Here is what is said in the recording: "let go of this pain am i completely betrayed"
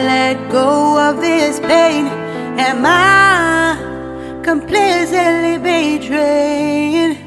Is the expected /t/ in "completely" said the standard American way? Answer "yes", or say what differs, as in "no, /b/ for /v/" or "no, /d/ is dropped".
no, /s/ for /t/